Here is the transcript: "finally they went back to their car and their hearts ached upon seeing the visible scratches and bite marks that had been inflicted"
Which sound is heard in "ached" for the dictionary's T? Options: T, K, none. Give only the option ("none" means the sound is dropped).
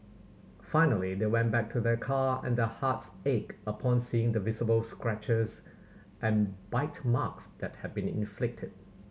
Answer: none